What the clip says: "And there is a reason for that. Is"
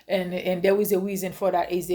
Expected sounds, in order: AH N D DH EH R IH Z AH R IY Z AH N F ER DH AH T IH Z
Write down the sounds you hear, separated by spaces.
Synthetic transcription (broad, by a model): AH N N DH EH W IH Z AH R IY Z AH N F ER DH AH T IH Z